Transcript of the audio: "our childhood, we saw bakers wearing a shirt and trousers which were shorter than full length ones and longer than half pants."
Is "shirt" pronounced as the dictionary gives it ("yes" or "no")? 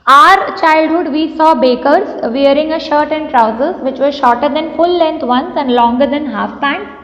yes